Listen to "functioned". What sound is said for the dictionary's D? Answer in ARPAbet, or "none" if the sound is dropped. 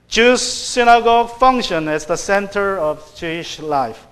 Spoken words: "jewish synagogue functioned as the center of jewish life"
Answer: none